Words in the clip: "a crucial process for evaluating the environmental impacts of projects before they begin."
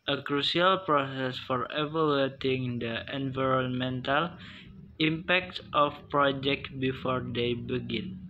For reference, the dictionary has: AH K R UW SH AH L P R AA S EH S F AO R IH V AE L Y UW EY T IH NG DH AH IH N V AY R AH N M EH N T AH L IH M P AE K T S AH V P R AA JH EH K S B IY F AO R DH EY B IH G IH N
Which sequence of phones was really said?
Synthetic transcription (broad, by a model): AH K R UW S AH L P R AA S EH S F AO R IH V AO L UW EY T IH NG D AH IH N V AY R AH N M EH N T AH L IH M P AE K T S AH F P R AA JH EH K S B IY F AO R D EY B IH G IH N